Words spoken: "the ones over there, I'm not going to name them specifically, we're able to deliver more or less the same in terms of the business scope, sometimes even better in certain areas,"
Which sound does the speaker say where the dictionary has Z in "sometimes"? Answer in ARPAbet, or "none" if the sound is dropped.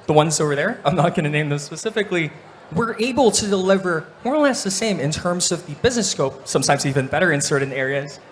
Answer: Z